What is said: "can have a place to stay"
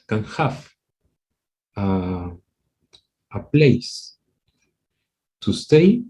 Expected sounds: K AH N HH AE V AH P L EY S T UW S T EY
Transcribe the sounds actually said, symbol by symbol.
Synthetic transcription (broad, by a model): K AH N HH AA F AH P L EY S T UW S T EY